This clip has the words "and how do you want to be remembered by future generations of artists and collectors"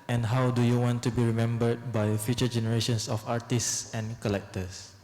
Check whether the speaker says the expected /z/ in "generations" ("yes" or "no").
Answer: no